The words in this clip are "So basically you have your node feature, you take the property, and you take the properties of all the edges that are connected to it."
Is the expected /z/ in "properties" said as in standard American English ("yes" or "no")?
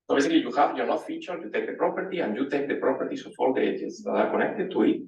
no